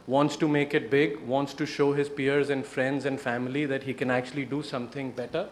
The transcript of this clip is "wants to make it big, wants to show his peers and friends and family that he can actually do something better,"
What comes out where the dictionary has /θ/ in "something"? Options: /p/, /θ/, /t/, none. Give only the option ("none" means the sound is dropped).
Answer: /t/